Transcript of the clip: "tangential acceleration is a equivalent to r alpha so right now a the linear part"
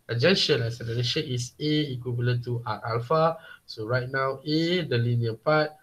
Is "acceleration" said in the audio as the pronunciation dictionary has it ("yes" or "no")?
no